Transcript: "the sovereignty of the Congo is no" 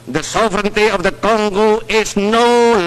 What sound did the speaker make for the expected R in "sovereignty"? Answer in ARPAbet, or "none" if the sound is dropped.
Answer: R